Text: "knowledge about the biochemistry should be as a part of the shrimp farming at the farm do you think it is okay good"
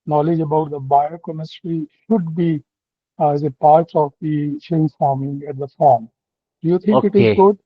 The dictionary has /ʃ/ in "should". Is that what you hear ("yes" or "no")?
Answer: yes